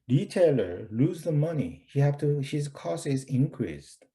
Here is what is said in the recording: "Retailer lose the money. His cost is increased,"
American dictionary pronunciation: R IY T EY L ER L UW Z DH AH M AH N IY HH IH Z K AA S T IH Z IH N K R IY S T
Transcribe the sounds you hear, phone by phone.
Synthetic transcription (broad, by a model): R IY T EY L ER L UW Z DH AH M AH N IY HH IH Z K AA S IH Z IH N K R IY S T